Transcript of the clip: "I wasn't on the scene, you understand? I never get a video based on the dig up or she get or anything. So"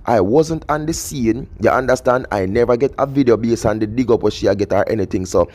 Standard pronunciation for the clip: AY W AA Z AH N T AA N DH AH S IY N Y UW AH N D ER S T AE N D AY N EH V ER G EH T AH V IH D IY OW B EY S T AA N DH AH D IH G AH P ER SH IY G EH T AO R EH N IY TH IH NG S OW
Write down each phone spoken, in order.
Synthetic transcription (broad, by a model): AY W AA Z AH N T AA N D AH S IY N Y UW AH N D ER S T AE N D AY N EH V ER G EH T AH V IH D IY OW B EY S AA N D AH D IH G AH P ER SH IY G EH T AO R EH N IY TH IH NG S OW